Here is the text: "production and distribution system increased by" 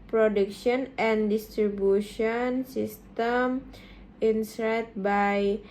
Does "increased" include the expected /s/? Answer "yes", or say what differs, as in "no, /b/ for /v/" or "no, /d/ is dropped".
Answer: no, /s/ is dropped